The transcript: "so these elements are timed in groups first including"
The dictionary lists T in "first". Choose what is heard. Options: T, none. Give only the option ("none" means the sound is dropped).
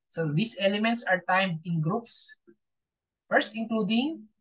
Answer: T